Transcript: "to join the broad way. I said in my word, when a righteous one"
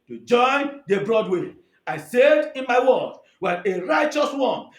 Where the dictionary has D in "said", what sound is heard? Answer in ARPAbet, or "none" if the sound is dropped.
D